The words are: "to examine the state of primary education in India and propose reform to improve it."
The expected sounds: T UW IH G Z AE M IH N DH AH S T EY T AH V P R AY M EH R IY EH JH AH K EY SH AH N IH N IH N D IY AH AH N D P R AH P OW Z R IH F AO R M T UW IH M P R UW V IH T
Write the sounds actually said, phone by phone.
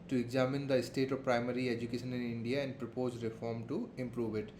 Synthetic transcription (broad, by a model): T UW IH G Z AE M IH N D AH S T EY T AH V P R AY M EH R IY EH JH AH K EY SH AH N IH N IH N D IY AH AH N D P R AH P OW Z R IH F AO R M T UW IH M P R UW V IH T